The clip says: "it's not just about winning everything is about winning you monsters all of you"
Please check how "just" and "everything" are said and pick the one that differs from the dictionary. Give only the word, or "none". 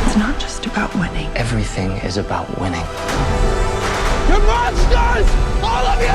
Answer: none